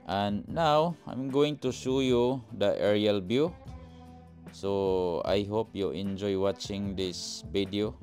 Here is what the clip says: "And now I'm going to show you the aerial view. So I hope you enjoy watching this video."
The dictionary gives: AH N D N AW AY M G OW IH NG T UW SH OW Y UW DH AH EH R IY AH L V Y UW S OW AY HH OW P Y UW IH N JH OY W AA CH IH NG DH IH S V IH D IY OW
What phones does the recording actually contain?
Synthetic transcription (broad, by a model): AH N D N AW AY M G OW IH NG T UW SH OW Y UW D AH EH R IY AH L B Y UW S OW AY HH OW P Y UW IH N JH OY W AA CH IH NG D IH S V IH D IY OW